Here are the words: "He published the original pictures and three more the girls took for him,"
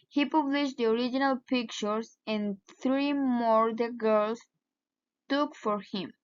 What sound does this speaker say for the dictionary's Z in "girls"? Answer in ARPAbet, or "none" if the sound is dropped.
S